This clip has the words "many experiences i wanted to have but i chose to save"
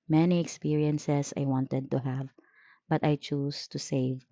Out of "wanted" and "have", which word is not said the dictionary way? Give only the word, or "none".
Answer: none